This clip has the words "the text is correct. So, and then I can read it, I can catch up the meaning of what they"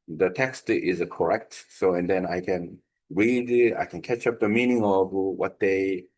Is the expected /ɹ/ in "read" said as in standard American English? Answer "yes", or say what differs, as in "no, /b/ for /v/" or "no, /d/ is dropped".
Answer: yes